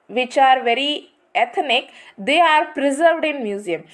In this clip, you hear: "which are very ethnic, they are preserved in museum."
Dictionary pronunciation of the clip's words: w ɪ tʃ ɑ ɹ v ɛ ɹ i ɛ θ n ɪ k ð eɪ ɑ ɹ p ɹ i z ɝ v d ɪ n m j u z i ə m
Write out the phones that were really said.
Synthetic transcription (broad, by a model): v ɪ tʃ ɑ ɹ v ɛ ɹ i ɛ t n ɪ k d eɪ ɑ ɹ p ɹ i z ɝ v d ɪ n m j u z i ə m